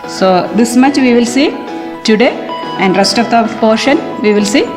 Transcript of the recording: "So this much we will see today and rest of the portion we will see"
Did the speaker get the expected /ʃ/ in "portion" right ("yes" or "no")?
yes